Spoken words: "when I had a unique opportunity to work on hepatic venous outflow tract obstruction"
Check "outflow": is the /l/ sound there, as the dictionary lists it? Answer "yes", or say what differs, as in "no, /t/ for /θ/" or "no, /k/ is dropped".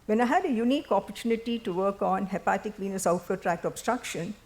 no, /l/ is dropped